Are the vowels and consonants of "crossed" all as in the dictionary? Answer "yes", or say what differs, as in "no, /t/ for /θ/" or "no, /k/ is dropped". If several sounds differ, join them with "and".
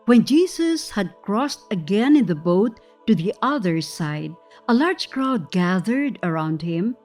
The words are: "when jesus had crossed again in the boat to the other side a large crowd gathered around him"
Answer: yes